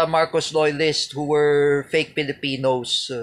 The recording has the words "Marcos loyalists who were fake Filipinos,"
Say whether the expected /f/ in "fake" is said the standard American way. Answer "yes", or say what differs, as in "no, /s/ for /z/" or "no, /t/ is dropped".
yes